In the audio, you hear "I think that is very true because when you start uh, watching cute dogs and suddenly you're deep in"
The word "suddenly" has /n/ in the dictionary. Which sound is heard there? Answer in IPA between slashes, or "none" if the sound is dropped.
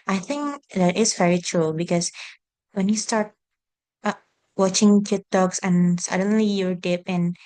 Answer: /n/